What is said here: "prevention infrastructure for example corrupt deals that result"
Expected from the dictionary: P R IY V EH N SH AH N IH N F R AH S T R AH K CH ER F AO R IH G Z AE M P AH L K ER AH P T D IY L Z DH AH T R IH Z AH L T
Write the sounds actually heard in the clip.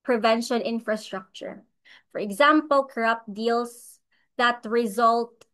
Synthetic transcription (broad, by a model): P R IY V EH N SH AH N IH N F R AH S T R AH K CH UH F AO R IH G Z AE M P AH L K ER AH P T D IY L S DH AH T R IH Z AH L T